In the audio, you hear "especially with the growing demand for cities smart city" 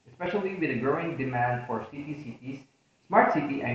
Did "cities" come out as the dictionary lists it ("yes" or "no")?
no